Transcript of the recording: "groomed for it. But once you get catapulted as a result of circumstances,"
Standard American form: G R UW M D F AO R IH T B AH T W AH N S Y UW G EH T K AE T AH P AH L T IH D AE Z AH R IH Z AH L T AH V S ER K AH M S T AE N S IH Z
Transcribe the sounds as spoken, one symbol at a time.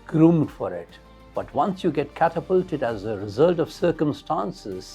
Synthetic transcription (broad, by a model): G R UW M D F AO R IH T B AH T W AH N S Y UW G EH T K AE T AH P AH L T IH D AE Z AH R IH Z AH L T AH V S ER K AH M S T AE N S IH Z